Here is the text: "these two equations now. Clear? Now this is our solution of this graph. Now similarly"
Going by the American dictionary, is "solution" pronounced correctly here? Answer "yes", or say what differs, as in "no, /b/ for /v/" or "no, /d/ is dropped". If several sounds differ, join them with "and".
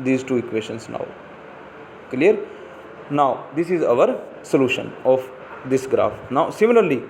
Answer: yes